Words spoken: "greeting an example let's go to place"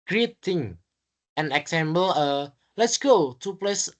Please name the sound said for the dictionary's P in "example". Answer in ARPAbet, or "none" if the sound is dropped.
B